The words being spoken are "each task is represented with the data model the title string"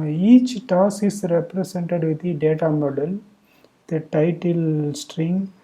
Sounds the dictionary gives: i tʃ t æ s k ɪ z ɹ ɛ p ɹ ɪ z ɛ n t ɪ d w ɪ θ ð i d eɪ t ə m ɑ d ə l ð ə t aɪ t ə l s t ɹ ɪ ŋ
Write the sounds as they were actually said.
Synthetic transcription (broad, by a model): i tʃ t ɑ s ɪ s ɹ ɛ p ɹ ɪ s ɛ n t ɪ d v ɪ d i d eɪ t ə m ɑ d ə l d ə t aɪ t ə l s t ɹ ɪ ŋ